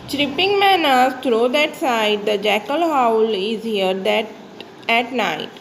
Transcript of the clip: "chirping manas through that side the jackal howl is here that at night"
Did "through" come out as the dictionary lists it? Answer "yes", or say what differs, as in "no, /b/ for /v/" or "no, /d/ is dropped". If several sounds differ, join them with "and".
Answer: no, /t/ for /θ/